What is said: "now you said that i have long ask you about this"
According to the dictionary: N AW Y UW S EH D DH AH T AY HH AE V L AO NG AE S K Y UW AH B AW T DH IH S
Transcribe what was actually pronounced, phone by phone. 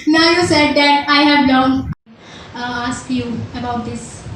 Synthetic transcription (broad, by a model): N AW Y UW S EH D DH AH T AY HH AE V N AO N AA S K Y UW AH B AW T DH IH S